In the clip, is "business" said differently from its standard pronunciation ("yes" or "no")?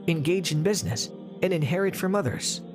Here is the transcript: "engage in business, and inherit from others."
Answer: no